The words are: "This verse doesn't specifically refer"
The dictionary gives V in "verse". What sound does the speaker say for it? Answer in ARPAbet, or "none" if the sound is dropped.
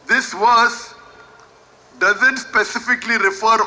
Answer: W